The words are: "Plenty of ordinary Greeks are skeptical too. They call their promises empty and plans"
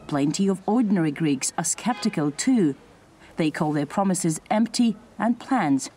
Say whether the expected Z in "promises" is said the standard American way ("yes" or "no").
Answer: yes